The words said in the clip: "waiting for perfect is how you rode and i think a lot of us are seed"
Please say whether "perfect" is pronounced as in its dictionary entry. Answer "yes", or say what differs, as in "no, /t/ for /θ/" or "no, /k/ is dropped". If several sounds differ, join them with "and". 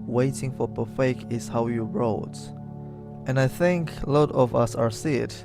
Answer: no, /t/ is dropped